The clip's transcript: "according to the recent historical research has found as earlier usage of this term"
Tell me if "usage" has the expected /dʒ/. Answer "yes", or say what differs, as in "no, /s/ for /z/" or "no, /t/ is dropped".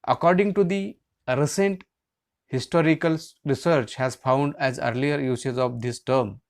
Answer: no, /z/ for /dʒ/